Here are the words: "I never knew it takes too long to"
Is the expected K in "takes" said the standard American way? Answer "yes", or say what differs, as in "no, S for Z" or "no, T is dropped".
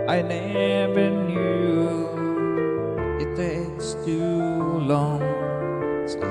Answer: no, K is dropped